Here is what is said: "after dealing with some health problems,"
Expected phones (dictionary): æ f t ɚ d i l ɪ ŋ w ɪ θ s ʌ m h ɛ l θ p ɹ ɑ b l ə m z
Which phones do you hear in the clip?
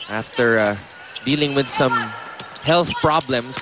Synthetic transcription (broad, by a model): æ f t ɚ d i l ɪ ŋ w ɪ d s ʌ m h ɛ l θ p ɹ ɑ b l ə m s